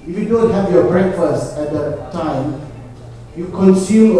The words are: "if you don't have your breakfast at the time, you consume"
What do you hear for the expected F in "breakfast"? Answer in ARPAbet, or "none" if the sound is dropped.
F